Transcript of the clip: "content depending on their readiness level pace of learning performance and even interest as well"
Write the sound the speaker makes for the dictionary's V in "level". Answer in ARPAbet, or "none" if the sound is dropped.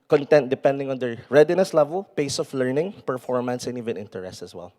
V